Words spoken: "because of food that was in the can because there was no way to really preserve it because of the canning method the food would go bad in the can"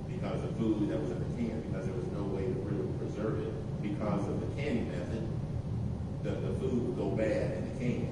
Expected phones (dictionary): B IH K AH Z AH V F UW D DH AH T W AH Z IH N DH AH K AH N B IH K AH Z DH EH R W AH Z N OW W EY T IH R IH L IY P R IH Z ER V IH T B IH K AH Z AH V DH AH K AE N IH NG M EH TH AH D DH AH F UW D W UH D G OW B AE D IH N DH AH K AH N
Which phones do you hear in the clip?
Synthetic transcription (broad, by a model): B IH K AH Z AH F UW D DH AH T W AH Z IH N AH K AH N B IH K AH Z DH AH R W AH Z N OW W EY T IH R IH L IY P R IH Z ER V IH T B IH K AH Z AH V DH AH K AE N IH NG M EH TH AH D DH AH F UW D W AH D G OW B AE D IH N DH AH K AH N